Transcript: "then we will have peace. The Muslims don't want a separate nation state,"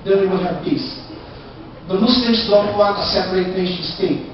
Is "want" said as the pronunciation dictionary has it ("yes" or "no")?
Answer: no